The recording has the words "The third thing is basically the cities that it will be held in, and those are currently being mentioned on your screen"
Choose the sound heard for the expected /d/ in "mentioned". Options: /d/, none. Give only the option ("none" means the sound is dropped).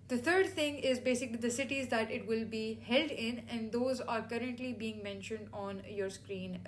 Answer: /d/